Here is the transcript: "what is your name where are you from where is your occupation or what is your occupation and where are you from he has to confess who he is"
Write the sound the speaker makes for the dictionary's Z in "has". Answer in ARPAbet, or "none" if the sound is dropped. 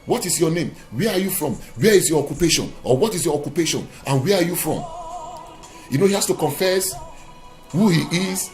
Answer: S